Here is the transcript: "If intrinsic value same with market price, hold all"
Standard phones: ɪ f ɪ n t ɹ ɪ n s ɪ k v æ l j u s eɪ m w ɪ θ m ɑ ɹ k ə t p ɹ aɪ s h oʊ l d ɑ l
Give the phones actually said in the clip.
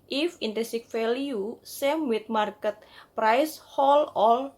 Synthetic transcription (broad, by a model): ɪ f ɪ n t ɛ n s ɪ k f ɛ l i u s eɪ m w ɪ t m ɑ ɹ k ə t p ɹ aɪ s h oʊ l ɑ l